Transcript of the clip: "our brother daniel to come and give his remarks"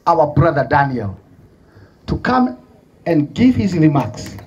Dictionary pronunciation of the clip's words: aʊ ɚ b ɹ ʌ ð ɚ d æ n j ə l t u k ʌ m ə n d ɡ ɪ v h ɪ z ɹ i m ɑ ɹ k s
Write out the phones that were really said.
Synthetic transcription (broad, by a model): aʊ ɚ b ɹ ʌ ð ɚ d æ n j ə l t u k ʌ m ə n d ɡ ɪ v h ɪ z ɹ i m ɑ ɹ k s